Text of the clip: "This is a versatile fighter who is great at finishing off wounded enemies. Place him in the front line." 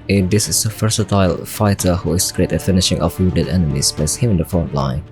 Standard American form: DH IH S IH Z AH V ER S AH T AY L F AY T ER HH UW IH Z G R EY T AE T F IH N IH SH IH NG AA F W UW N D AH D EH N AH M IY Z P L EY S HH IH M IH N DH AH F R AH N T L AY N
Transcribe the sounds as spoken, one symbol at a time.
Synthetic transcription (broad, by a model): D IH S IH S AH F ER S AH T AY L F AY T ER HH UW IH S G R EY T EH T F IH N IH SH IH NG AA F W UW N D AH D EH N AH M IY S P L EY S HH IH M IH N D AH F R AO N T L AY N